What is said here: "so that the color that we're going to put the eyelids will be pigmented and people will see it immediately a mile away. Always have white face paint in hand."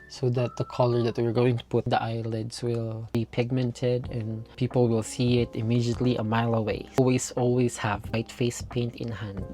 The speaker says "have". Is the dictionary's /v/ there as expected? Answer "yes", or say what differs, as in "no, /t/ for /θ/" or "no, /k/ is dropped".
yes